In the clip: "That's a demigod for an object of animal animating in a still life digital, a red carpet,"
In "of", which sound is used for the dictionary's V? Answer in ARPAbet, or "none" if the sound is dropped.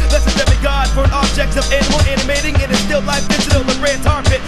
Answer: V